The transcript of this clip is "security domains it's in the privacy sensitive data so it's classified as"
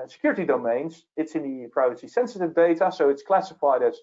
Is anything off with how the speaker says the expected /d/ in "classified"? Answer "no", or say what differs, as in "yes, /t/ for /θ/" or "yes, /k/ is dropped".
no